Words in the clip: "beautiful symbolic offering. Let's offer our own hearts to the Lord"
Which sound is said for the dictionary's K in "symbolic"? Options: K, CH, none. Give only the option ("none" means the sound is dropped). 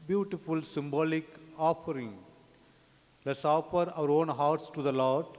K